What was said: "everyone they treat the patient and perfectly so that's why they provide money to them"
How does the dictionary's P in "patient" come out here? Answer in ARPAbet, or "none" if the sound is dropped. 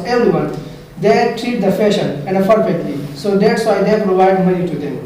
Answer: F